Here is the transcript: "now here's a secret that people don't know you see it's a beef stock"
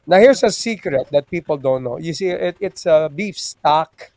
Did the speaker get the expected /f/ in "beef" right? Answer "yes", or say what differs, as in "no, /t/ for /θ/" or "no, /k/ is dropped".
yes